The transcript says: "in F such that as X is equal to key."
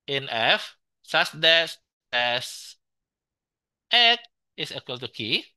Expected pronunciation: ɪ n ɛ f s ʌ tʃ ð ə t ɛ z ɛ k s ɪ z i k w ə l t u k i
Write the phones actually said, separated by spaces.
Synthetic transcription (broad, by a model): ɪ n ɛ f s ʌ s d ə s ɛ s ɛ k ɪ s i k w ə l t u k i